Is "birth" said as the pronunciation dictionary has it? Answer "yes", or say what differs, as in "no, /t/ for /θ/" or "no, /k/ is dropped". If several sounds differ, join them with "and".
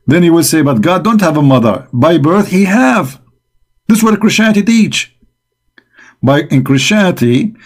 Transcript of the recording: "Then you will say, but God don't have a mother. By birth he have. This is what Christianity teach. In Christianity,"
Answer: yes